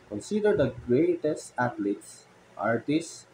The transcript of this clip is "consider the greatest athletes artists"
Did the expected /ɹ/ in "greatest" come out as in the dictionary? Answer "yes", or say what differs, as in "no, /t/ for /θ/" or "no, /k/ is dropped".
yes